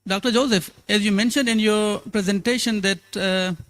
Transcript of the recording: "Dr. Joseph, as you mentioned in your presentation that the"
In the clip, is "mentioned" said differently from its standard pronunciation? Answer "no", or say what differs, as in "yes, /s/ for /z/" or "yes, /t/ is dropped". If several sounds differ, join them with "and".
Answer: no